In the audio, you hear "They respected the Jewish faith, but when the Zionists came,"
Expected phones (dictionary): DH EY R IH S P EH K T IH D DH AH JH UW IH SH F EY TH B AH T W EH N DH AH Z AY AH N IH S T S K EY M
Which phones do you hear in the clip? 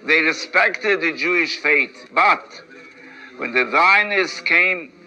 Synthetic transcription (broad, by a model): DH EY R IH S P EH K T IH D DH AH JH UW IH SH F EY T B AH T W EH N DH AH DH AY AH N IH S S K EY M